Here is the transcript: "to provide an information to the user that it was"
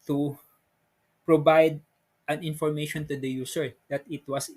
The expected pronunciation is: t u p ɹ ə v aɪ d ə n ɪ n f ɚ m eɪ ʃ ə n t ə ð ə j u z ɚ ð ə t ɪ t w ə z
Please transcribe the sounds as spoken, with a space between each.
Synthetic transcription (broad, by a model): t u p ɹ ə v aɪ d ə n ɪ n f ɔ m eɪ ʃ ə n t ə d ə j u s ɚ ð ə t ɪ t w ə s